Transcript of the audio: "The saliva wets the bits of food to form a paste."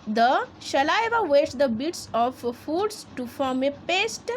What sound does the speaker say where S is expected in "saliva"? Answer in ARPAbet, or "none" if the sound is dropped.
SH